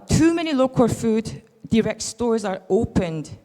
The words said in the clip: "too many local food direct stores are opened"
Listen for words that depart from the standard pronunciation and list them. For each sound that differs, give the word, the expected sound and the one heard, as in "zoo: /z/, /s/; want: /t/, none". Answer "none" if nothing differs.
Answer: none